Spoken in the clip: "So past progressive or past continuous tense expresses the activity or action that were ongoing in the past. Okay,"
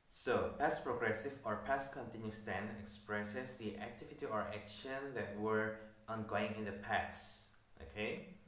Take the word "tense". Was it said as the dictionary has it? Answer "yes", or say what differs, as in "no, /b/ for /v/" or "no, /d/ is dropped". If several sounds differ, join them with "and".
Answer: no, /s/ is dropped